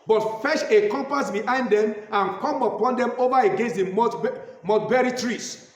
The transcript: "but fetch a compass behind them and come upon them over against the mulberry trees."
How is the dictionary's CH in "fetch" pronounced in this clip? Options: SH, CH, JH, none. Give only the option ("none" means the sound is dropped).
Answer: SH